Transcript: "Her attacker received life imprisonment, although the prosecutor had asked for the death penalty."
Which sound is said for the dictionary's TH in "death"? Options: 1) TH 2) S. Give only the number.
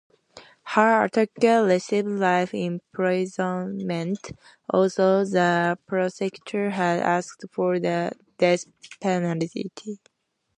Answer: 2